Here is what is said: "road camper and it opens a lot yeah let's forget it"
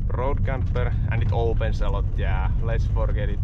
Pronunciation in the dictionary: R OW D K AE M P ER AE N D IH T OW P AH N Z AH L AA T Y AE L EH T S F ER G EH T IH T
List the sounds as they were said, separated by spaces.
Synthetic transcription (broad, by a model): R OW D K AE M P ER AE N IH T OW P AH N S AH L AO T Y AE L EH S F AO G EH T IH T